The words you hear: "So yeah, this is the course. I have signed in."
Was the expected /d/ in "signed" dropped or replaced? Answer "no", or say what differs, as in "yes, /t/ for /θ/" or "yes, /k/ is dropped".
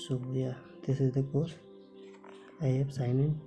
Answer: yes, /d/ is dropped